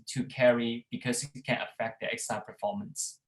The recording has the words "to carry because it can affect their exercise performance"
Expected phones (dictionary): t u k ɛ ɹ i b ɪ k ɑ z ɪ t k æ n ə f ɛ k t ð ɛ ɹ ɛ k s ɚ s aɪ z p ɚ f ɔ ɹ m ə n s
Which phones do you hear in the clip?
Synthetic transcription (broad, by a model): t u k ɛ ɹ i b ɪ k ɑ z ɪ t k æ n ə f ɛ k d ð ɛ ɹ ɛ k s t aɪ p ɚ f ɔ m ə n s